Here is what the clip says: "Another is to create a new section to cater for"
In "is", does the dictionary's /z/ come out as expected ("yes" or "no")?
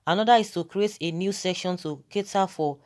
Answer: no